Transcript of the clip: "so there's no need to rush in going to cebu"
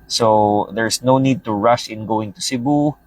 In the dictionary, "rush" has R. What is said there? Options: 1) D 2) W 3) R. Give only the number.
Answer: 3